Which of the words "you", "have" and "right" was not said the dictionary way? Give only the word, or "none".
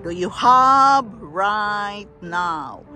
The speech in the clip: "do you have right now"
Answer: have